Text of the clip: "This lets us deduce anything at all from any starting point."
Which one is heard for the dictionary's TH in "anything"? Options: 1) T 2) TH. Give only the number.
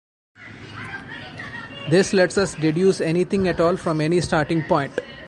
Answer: 1